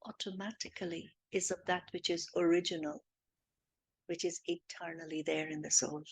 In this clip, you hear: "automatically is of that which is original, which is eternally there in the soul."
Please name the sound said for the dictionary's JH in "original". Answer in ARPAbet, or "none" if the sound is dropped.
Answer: JH